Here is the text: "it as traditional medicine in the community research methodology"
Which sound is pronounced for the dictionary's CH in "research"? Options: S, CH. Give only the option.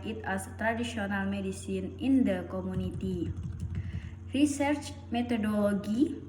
CH